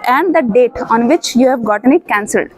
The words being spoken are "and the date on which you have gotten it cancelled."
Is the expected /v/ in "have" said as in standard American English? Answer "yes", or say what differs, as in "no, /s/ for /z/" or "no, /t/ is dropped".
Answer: yes